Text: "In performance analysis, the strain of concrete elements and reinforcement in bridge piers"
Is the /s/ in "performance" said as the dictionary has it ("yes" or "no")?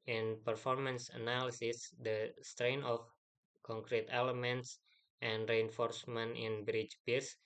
yes